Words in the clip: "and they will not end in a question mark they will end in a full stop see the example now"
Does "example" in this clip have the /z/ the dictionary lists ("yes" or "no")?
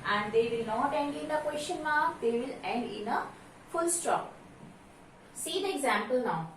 yes